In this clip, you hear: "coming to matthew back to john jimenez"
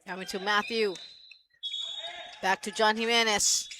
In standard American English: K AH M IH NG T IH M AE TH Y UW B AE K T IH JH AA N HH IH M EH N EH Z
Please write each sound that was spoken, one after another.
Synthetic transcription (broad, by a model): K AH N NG T IH M AE TH Y UW B AE K T IH JH AA N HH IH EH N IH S